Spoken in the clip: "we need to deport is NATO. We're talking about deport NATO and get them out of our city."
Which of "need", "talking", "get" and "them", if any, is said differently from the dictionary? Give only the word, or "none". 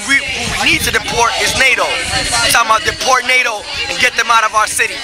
talking